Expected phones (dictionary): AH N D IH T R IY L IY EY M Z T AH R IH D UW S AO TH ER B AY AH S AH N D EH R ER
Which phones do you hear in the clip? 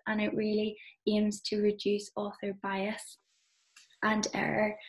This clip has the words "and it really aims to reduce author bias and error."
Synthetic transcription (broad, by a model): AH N IH T R IY L IY EY M Z T AH R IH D UW S AO TH ER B AY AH S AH N EH R ER